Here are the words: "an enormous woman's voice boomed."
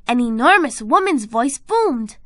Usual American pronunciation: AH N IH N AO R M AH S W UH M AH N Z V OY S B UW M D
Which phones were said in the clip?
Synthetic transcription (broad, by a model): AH N IH N AO R M AH S W UH M AH N Z V OY S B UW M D